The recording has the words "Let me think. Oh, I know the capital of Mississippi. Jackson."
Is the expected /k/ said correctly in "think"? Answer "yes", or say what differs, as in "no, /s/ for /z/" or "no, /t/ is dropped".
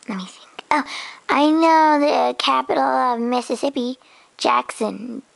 no, /k/ is dropped